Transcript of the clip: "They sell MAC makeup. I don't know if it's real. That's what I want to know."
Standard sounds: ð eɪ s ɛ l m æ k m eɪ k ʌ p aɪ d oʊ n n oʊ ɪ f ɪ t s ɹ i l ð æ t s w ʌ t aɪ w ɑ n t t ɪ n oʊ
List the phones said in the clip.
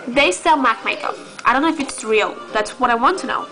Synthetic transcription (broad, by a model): ð eɪ s ɛ l m æ k m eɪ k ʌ aɪ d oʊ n n oʊ ɪ f ɪ t s ɹ i l ð æ t s w ʌ t aɪ w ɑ n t t ɪ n oʊ